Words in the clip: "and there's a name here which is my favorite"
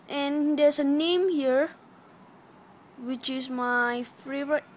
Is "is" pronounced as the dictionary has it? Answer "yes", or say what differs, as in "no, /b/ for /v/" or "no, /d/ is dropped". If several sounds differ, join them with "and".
no, /s/ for /z/